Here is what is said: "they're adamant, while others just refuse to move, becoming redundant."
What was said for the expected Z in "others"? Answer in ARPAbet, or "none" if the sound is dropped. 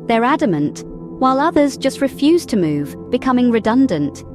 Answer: Z